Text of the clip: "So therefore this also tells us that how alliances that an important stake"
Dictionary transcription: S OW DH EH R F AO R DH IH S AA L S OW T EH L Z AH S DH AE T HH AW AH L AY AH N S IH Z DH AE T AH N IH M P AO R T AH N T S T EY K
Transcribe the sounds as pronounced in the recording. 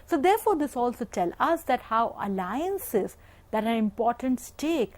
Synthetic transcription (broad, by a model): S OW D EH R F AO R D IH S AA L S OW T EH L AH S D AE T HH AW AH L AY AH N S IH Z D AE T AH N IH M P AO R T AH N T S T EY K